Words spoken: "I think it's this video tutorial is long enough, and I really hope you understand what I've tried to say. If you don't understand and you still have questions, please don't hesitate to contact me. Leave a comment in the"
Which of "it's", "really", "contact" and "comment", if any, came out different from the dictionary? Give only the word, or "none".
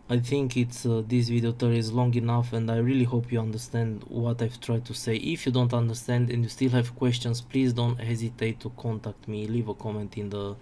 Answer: none